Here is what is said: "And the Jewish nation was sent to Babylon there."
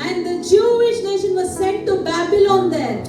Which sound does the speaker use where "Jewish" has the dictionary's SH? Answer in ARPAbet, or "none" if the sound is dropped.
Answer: SH